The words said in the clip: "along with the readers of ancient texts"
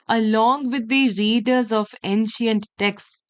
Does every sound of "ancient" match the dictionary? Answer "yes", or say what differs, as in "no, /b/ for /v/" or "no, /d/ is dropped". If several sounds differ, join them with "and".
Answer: yes